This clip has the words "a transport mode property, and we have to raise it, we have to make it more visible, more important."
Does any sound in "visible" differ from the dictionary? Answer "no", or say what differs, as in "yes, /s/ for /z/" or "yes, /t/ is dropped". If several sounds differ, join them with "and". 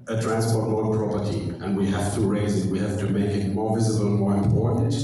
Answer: no